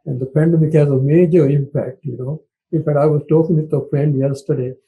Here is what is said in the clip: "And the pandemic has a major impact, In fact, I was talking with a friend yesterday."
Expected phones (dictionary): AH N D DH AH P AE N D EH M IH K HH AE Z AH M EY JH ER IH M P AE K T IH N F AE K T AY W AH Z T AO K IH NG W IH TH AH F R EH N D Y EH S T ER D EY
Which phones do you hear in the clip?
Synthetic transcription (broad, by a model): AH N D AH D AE N D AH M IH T HH AE Z AH M EY JH ER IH M P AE K T IH N F AE K T AY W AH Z T AO K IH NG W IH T AH F R EH N D Y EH S T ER D EY